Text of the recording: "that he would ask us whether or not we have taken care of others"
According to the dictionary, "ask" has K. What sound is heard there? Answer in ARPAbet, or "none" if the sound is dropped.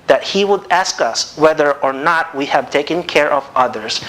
K